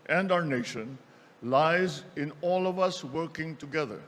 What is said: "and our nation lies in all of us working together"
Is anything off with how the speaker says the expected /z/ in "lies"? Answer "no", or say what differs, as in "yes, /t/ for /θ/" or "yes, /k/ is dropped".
no